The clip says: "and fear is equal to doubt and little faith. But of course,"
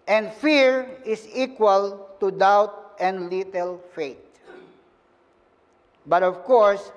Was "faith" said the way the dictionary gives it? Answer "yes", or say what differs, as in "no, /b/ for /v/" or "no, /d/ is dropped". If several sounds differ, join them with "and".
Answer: no, /t/ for /θ/